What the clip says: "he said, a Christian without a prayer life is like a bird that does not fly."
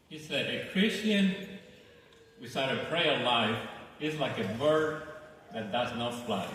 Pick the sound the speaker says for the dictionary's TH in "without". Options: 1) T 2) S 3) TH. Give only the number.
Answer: 2